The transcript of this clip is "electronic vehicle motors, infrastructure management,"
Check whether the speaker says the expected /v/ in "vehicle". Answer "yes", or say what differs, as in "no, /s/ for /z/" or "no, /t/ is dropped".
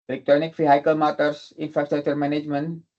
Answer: no, /f/ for /v/